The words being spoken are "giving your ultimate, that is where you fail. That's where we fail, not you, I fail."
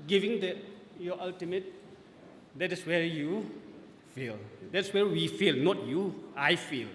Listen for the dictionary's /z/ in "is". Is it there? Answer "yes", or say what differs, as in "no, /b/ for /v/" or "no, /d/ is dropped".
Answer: no, /s/ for /z/